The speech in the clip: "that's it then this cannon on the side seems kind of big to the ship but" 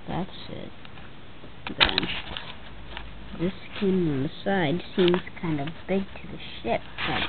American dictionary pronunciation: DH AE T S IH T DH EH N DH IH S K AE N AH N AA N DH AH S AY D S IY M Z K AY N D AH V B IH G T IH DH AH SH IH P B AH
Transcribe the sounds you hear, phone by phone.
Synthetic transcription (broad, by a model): DH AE T S IH T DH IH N DH IH S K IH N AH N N DH AH S AY D S IY M Z K AY N D AH V B IH G T IH DH AH SH IH P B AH